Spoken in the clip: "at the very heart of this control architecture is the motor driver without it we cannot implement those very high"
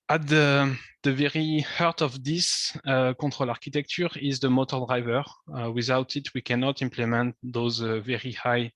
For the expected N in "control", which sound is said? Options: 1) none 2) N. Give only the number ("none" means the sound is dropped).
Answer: 1